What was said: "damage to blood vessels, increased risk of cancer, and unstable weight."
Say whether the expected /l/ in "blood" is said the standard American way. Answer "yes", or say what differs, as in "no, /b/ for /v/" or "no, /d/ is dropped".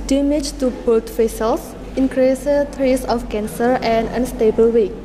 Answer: no, /l/ is dropped